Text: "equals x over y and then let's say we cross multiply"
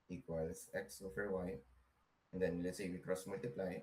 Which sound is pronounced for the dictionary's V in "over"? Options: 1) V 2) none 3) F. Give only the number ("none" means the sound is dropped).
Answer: 3